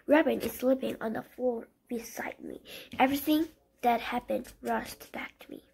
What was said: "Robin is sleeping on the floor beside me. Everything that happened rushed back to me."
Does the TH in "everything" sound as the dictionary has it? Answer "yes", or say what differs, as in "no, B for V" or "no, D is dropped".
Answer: yes